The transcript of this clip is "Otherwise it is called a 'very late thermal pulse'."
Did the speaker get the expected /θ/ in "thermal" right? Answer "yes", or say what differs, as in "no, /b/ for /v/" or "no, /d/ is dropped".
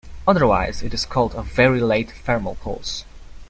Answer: no, /f/ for /θ/